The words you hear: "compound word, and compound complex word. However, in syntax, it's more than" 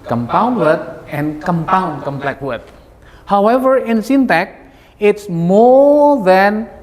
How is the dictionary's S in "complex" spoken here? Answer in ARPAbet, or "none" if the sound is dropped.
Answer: none